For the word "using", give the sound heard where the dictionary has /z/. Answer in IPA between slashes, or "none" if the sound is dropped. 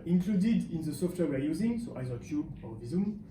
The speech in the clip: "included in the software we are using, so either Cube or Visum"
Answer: /z/